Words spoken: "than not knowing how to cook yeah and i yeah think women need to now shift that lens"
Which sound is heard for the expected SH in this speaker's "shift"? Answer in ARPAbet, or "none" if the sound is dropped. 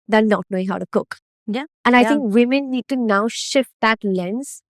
SH